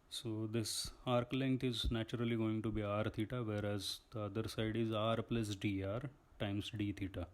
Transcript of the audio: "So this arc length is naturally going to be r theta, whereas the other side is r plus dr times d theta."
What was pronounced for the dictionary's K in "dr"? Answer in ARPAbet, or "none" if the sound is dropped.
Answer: none